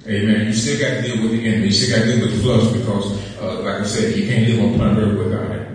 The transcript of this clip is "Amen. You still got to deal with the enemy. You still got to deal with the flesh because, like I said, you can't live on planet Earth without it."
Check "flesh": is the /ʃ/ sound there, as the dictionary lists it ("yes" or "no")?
no